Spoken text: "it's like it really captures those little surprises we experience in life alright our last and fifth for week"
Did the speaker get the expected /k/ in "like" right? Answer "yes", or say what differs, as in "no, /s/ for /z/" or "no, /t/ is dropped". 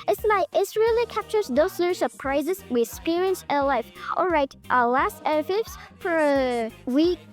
no, /k/ is dropped